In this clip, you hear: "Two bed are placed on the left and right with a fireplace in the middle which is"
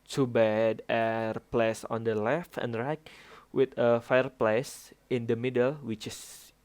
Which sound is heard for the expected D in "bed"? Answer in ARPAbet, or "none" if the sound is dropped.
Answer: D